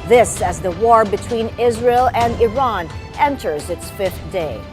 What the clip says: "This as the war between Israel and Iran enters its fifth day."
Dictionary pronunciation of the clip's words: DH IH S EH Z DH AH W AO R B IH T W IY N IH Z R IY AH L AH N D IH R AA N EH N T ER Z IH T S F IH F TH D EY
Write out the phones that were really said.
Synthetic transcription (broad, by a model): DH IH S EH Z DH AH W AO R B IH T W IY N IH Z R IY AH L AH N D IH R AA N EH N T ER Z IH T S F IH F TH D EY